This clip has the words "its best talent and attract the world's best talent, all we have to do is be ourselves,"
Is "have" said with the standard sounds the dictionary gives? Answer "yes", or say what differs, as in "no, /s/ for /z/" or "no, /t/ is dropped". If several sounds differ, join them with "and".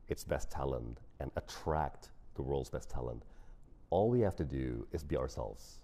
no, /f/ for /v/